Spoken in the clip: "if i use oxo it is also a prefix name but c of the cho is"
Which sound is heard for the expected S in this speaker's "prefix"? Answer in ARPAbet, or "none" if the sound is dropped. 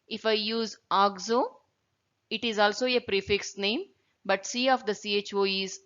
S